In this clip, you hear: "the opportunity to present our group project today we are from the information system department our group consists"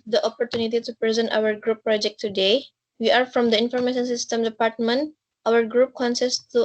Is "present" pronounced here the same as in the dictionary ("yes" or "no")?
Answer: yes